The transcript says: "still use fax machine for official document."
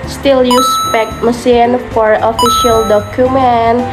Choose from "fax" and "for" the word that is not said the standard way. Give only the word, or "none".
fax